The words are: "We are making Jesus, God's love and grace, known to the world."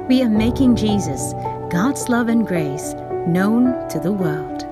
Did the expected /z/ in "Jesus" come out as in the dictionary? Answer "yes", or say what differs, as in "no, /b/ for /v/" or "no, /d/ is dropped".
yes